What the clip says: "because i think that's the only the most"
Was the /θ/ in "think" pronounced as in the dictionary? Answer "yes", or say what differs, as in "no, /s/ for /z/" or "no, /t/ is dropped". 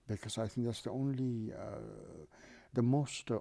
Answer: yes